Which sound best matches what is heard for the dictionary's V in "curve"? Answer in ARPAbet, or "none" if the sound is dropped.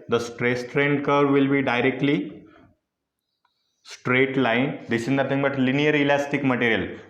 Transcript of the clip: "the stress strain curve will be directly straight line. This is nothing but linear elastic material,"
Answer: V